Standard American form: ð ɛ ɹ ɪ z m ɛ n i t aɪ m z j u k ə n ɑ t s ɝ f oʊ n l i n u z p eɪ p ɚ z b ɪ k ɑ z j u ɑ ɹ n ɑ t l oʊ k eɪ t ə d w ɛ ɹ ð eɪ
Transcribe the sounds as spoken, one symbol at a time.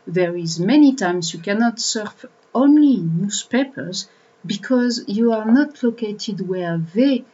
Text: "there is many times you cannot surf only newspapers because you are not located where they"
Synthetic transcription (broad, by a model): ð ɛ ɹ ɪ z m ɛ n i t aɪ m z j u k ə n ɑ t s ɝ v oʊ n l i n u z p eɪ p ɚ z b ɪ k ɑ z j u ɑ ɹ n ɑ t l oʊ k eɪ t ə d w ɛ ɹ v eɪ